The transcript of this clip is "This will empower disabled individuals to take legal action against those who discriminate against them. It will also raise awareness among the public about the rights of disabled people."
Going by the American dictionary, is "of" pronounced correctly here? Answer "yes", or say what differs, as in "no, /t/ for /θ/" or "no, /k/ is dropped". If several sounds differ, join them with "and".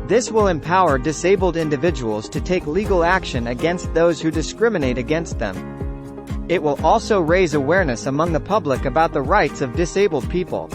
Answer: yes